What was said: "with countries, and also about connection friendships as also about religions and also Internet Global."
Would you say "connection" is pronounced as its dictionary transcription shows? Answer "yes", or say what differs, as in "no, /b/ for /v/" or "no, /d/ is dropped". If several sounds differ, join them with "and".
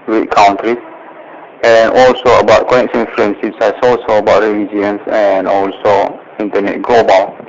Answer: no, /s/ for /ʃ/